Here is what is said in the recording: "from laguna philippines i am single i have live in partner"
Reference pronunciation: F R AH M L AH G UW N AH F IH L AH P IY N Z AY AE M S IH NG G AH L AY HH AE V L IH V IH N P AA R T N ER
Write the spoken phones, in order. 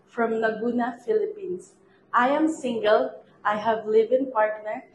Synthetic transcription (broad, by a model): F R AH M N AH G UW N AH F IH L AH P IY N S AY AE M S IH NG G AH L AY HH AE V L IH V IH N P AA R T N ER